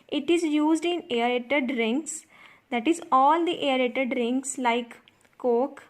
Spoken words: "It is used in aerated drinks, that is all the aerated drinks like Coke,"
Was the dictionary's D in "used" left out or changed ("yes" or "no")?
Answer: no